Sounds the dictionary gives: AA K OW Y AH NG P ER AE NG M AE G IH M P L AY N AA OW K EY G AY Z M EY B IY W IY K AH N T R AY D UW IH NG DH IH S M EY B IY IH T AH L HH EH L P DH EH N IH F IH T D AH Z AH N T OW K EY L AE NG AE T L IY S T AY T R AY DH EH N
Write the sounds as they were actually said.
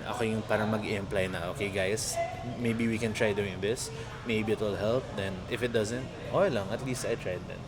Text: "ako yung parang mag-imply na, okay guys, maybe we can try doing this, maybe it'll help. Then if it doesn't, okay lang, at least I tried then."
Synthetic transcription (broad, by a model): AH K OW Y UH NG P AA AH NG M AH G IH M P L AY N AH OW K EY G AY S M EY B IY W IY K AH N T R AY D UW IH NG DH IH S M EY B IY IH T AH L HH EH L P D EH N IH F IH T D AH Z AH N T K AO L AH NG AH T L IY S T AY T R AY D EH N